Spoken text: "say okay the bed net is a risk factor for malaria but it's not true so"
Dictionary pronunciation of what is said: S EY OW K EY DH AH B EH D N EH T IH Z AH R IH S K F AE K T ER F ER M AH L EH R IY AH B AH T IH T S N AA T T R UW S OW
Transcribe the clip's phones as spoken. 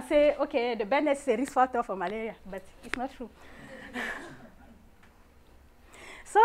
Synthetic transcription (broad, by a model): S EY OW K EY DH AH B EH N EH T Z AH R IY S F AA T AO F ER M AH L EH R IY AH B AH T IH T S N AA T T R UW S OW